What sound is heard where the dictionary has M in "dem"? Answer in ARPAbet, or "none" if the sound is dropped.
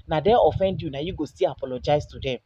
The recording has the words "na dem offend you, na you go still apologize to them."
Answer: none